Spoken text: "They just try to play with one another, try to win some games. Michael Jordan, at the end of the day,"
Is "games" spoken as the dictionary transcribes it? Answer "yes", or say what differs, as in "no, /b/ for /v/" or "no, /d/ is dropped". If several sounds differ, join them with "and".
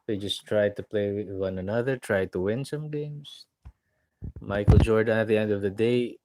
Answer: no, /s/ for /z/